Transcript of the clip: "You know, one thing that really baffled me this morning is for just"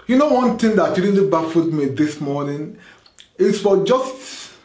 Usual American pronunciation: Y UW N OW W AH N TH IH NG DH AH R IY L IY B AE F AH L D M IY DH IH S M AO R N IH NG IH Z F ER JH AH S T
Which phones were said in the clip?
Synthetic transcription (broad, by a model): Y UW N OW W AH N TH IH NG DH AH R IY N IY B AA F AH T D M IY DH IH S M AO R N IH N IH S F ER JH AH S T